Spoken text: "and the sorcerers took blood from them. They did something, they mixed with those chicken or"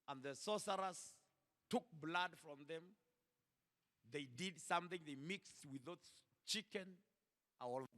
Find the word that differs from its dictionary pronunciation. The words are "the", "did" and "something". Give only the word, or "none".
none